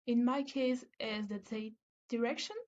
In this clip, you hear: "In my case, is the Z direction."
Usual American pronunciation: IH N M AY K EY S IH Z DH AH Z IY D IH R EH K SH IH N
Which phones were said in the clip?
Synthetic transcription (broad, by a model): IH N M AY K EY S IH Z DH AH S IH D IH R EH K SH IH N